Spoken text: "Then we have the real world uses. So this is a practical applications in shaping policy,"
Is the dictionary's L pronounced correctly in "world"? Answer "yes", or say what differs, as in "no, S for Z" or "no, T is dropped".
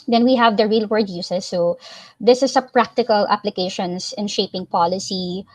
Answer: no, L is dropped